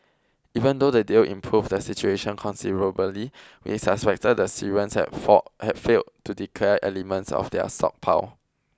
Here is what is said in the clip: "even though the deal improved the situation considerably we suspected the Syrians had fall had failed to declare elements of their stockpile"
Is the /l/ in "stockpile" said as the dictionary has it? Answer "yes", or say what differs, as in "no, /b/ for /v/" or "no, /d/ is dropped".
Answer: no, /w/ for /l/